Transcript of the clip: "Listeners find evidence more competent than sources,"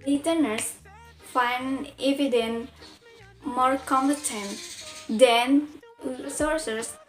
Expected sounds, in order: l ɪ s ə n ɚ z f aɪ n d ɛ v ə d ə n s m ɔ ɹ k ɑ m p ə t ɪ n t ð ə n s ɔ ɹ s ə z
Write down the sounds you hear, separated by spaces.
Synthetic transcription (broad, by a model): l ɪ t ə n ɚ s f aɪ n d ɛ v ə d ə n m ɔ ɹ k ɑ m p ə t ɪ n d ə n s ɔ ɹ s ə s